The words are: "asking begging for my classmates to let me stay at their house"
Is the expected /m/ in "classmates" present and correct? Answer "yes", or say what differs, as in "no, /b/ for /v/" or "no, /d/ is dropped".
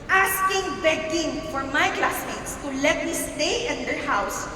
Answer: no, /m/ is dropped